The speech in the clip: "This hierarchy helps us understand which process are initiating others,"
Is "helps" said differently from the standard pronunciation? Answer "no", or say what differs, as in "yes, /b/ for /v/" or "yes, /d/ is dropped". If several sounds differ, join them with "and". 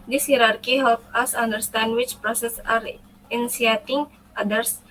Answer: yes, /s/ is dropped